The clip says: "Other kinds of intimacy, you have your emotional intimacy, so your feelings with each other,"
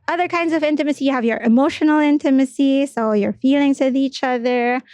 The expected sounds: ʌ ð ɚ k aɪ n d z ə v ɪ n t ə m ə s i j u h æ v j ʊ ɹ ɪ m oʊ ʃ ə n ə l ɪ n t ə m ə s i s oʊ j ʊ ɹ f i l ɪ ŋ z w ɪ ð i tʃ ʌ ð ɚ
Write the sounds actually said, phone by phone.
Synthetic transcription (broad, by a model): ʌ ð ɚ k aɪ n d z ə v ɪ n t ə m ə s i j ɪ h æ v j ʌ ɹ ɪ m oʊ ʃ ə n l ɪ n t ə m ə s i s oʊ j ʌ ɹ f i l ɪ ŋ z w ɪ ð i tʃ ʌ ð ɚ